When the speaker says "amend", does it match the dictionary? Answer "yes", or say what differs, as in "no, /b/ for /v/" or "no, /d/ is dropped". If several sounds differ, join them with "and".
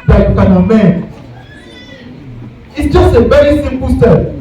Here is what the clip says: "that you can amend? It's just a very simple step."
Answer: no, /d/ is dropped